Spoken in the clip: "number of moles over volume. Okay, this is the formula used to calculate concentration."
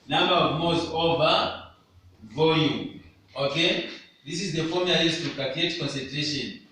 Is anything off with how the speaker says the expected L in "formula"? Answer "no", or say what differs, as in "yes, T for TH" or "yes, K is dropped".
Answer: yes, L is dropped